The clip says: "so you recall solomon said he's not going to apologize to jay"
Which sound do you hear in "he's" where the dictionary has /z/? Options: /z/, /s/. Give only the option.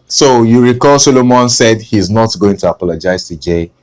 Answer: /z/